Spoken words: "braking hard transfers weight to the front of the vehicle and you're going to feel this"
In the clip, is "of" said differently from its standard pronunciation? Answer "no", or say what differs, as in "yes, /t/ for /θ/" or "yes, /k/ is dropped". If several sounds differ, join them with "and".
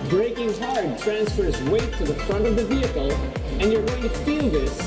no